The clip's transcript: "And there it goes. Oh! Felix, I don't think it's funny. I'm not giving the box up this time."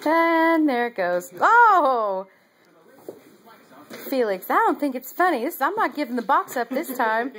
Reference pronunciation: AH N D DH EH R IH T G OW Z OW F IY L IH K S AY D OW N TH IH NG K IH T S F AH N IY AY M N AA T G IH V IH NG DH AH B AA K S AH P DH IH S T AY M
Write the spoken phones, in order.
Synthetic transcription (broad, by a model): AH N DH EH R IH T G OW Z OW F IY L IH K S AY D OW N TH IH NG K IH T S F AH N IY AY M N AA T G IH V IH NG DH AH B AA K S AH P DH IH S T AY M